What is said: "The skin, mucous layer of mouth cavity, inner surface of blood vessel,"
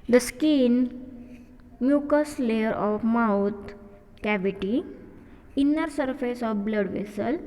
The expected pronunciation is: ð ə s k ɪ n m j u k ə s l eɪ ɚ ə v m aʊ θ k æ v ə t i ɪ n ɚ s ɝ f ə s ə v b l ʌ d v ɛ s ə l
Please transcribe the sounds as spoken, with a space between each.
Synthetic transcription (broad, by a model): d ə s k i n m j u k ə s l eɪ ɚ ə f m aʊ t k æ v ə t i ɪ n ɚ s ɝ f ə s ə f b l ʌ d v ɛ s ə l